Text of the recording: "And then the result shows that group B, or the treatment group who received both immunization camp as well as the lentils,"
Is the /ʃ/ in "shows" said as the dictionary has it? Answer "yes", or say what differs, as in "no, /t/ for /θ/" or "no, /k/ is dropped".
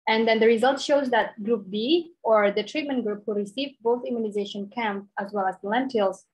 yes